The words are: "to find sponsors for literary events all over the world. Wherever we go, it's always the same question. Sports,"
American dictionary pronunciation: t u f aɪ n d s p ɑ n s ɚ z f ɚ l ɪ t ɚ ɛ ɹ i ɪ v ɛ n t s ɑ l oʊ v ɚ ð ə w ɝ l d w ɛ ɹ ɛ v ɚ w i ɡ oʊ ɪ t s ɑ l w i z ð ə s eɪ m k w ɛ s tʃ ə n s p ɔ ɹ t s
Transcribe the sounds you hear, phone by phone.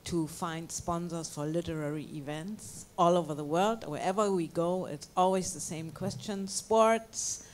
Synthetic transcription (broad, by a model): t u f aɪ n d s p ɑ n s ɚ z f ɚ l ɪ t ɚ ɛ ɹ i ɪ v ɛ n t s ɑ l oʊ v ɚ ð ə w ɝ l d w ɛ ɹ ɛ v ɚ w i ɡ oʊ ɪ t s ɑ l w i z ð ə s eɪ m k w ɛ s tʃ ə n s p ɔ ɹ t s